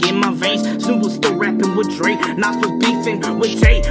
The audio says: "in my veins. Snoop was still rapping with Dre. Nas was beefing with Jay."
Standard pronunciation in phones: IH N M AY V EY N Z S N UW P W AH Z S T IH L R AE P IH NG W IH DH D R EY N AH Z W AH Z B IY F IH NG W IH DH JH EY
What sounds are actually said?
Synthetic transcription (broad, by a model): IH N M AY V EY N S UW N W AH S T IH L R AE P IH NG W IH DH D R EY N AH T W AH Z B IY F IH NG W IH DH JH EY